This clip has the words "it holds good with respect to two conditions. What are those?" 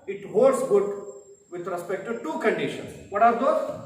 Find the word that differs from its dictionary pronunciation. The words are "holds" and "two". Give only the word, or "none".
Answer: holds